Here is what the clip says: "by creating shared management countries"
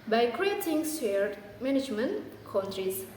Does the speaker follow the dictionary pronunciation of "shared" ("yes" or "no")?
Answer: no